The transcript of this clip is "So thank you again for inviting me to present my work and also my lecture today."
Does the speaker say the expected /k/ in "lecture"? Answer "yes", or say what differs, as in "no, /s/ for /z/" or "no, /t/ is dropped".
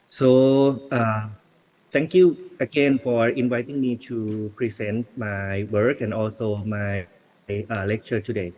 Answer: yes